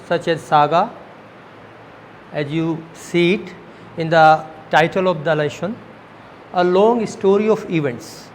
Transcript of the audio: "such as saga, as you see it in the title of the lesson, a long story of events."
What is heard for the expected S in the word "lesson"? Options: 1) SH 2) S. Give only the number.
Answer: 1